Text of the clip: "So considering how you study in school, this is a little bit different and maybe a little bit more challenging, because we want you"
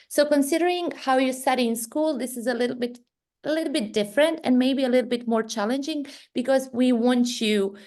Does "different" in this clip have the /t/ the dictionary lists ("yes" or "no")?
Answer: yes